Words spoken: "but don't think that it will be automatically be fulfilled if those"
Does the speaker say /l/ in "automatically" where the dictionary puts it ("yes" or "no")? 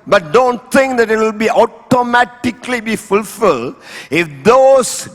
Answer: yes